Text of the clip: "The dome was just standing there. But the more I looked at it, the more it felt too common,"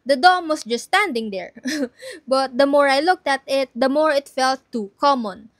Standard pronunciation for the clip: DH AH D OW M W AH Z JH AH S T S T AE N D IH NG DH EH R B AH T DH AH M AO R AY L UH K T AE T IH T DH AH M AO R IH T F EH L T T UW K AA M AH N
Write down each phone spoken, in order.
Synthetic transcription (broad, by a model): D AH D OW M W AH S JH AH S S T AE N D IH NG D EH R B AH T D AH M AO R AY L UH K T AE T IH T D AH M AO R IH T F EH L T T UW K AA M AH N